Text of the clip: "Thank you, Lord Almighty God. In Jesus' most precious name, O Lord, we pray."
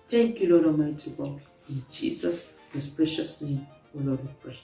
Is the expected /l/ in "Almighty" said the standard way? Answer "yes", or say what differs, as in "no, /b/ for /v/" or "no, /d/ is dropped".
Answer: no, /l/ is dropped